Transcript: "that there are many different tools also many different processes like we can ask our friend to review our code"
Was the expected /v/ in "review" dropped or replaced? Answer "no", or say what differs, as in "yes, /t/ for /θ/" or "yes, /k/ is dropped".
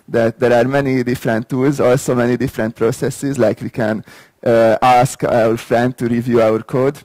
no